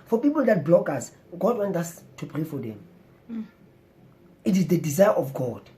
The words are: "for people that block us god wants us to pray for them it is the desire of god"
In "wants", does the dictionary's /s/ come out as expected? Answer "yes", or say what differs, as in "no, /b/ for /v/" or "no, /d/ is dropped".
no, /s/ is dropped